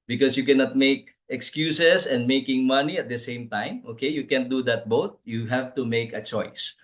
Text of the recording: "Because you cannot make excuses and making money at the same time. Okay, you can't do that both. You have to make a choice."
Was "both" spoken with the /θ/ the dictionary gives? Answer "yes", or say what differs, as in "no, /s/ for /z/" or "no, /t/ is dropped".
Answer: no, /t/ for /θ/